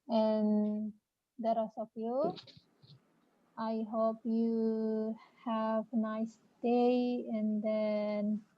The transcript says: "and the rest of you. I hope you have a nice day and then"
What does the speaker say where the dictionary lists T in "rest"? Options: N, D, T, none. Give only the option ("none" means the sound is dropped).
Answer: none